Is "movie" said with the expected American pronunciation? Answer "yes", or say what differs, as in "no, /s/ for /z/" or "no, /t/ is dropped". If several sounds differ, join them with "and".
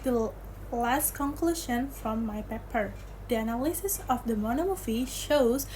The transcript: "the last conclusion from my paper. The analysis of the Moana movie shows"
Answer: no, /f/ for /v/